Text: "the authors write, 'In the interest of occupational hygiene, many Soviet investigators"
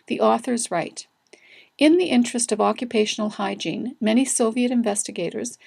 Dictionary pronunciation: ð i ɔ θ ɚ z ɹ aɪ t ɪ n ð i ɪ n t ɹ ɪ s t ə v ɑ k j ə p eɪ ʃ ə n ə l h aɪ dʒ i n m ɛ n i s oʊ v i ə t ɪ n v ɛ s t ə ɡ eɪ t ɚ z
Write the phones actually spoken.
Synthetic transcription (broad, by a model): ð i ɔ θ ɚ z ɹ aɪ t ɪ n ð i ɪ n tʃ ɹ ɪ s t ə v ɑ k j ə p eɪ ʃ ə n l h aɪ dʒ i n m ɛ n i s oʊ v i ə t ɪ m v ɛ s t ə ɡ eɪ t ɚ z